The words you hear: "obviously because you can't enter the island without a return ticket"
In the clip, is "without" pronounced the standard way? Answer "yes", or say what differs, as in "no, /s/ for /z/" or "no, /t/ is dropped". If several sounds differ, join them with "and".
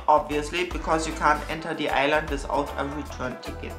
no, /s/ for /θ/